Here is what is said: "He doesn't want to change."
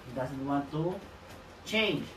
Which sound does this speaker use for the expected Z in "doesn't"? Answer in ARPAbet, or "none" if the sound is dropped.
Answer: S